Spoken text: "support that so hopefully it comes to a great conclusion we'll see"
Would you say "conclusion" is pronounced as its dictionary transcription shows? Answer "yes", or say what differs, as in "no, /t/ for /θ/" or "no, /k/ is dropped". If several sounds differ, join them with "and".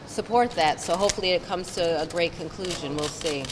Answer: yes